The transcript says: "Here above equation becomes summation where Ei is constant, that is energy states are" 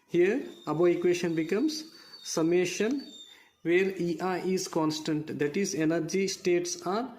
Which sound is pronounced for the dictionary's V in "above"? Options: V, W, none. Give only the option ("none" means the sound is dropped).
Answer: none